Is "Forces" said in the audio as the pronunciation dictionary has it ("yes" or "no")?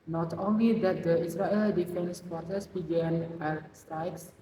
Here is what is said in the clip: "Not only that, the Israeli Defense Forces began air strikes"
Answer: no